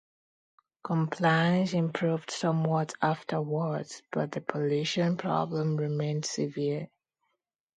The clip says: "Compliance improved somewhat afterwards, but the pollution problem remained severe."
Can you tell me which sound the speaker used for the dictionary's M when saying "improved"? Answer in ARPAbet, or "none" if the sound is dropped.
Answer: M